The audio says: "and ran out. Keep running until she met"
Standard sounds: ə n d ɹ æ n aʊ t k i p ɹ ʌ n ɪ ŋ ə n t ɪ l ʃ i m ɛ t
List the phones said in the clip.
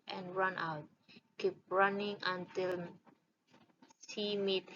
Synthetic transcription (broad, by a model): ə n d ɹ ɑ n aʊ t k i p ɹ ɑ n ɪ ŋ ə n t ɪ l s i m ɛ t